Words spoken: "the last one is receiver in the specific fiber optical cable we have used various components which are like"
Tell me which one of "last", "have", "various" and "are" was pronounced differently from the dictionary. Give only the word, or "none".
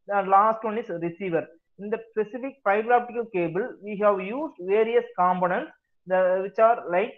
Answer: none